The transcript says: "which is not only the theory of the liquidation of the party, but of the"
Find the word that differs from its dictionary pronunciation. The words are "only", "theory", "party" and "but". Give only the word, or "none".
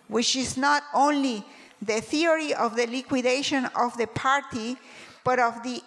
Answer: none